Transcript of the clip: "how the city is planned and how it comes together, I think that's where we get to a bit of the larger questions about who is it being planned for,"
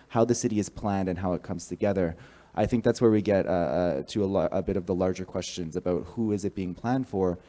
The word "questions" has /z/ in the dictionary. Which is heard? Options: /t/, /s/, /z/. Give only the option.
/z/